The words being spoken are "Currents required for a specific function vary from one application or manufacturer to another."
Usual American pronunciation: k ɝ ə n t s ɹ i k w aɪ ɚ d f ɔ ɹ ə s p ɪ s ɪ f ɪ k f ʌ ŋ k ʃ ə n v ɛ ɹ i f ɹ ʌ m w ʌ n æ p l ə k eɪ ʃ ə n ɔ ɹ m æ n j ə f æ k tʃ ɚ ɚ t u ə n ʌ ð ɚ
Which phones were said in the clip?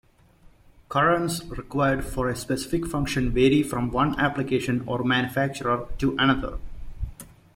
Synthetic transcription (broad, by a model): k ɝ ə n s ɹ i k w aɪ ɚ d f ɔ ɹ ə s p ɪ s ɪ f ɪ k f ʌ ŋ k ʃ ə n v ɛ ɹ i f ɹ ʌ m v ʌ n æ p l ə k eɪ ʃ ə n ɔ ɹ m æ n j ə f æ k tʃ ɚ ɚ t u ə n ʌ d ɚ